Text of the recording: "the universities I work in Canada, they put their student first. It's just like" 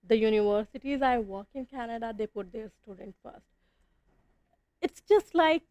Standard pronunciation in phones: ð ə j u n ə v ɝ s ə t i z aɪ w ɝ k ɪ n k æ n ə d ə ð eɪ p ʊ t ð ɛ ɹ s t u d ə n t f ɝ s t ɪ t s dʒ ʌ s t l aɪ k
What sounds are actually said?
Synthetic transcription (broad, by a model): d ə j u n ə v ɝ s ə t i z aɪ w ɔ k ɪ n k æ n ə d ə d eɪ p ʊ t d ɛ ɹ s t u d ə n t f ɝ s t ɪ t s dʒ ʌ s t l aɪ k